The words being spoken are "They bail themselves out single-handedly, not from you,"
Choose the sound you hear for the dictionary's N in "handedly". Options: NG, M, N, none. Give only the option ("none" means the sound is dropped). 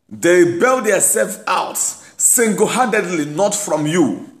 none